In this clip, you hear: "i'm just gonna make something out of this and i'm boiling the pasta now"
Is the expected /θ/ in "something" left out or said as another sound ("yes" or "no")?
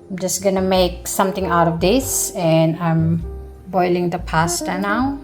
yes